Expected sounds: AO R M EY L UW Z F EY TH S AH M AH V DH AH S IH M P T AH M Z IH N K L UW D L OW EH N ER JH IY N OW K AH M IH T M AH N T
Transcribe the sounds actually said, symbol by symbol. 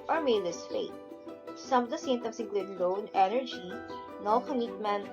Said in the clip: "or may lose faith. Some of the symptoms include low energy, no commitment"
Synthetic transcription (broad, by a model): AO R M EY L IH S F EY T S AH M AH V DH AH S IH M T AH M S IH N K L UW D L OW EH N ER JH IY N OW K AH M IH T M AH N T